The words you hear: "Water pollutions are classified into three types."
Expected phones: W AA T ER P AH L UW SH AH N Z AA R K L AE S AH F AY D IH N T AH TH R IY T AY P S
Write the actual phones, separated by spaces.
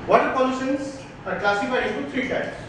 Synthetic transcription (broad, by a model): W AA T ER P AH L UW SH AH N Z AA R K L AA S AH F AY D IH T R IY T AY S